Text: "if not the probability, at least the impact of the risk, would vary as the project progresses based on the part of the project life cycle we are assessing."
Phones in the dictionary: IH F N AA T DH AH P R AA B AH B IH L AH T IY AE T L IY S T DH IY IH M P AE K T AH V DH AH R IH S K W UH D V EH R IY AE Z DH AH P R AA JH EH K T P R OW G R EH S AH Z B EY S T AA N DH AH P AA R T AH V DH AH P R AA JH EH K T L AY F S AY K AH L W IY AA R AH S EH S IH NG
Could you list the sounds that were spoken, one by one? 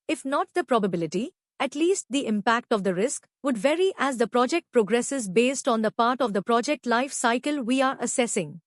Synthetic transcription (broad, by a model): IH F N AA T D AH P R AA B AH B IH L AH T IY AE T L IY S T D IY IH M P AE K T AH V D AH R IH S K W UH D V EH R IY AE Z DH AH P R AA JH EH K T P R OW G R EH S AH Z B EY S T AA N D AH P AA R T AH V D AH P R AA JH EH K T L AY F S AY K AH L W IY AA R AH S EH S IH NG